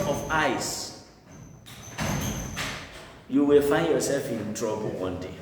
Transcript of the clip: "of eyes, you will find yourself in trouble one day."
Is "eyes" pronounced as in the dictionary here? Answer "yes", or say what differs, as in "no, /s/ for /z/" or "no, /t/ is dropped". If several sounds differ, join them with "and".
no, /s/ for /z/